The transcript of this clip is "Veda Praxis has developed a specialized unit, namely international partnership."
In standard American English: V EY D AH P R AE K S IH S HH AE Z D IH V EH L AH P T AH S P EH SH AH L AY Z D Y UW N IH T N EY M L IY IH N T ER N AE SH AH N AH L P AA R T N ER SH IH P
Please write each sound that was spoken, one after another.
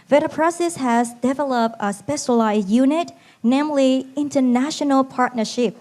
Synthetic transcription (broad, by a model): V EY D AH P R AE S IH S HH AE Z D IH V EH L AH P T AH S P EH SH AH L AY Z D Y UW N IH T N EY M L IY IH N T ER N AE SH AH N AH L P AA R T N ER SH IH P